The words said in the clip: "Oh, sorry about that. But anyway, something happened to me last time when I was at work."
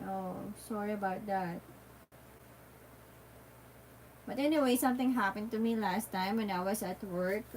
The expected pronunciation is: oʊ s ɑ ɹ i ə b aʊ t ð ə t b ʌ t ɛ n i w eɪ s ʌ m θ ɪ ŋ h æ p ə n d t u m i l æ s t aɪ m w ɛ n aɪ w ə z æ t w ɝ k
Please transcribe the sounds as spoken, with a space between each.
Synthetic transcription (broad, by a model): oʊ s ɑ ɹ i ə b aʊ t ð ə t b ʌ t ɛ n i w eɪ s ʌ m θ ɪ ŋ h æ p ə n d t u m i l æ s t aɪ m w ɛ n aɪ w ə s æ t w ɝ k